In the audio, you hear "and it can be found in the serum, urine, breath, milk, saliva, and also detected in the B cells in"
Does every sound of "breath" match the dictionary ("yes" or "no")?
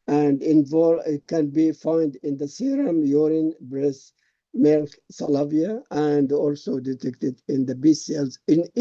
no